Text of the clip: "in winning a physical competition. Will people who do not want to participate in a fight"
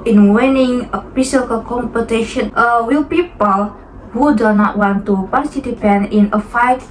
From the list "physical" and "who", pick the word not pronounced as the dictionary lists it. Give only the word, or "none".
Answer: physical